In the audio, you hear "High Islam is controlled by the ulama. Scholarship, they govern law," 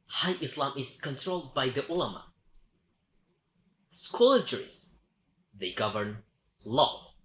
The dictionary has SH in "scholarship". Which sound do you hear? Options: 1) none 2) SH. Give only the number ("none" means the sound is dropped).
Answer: 1